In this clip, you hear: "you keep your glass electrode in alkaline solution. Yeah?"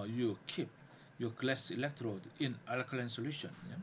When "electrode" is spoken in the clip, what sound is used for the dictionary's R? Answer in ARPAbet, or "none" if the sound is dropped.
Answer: R